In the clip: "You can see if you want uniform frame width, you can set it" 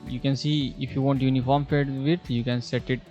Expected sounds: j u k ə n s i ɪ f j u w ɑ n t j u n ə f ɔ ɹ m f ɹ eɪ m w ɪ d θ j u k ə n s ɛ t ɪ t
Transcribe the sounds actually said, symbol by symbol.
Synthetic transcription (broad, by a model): j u k ə n s i ɪ f j u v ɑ n t j u n ə f ɔ ɹ m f eɪ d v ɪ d j u k ə n s ɛ t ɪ t